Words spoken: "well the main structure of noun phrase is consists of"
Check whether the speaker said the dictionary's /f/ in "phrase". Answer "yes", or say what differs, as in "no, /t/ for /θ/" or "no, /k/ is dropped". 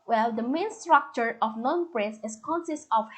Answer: no, /p/ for /f/